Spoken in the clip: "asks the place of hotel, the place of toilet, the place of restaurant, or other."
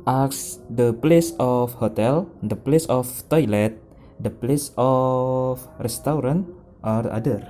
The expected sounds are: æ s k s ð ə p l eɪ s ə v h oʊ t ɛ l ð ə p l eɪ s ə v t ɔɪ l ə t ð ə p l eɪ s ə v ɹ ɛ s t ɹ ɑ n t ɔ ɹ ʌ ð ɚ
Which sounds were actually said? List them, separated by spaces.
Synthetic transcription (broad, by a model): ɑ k s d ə p l eɪ s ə f h oʊ t ɛ l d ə p l eɪ s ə f t ɔɪ l ə t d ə p l eɪ s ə f ɹ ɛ s t ɹ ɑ n t ɔ ɹ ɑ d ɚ